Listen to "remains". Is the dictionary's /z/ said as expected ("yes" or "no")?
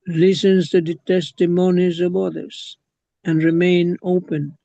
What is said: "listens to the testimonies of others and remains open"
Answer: no